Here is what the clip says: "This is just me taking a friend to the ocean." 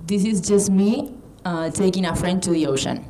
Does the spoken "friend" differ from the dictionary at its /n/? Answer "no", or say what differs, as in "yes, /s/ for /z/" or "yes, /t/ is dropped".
no